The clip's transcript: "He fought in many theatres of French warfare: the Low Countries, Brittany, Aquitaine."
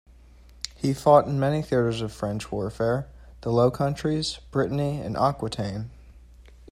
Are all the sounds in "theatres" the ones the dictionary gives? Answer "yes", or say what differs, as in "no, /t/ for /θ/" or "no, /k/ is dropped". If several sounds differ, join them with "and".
yes